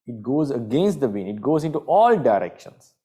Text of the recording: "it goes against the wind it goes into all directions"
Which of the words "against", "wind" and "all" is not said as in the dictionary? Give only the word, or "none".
wind